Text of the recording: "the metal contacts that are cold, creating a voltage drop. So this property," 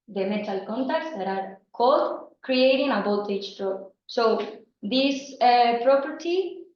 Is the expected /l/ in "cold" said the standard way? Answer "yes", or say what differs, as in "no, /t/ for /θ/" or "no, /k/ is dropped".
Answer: no, /l/ is dropped